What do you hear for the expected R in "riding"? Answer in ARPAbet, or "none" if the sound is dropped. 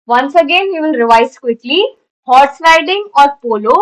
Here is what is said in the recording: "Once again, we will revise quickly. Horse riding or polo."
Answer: L